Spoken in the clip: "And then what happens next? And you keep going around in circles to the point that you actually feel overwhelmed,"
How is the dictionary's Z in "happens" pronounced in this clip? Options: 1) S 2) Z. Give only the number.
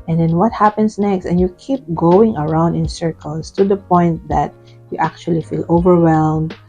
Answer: 1